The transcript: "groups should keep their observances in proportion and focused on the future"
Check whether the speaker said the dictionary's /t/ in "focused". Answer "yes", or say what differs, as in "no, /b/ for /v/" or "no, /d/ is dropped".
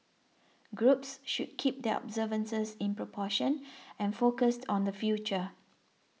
yes